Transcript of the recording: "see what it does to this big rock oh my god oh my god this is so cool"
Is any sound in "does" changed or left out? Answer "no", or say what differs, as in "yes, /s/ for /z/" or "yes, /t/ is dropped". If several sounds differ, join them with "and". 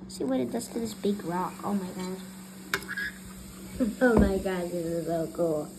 yes, /s/ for /z/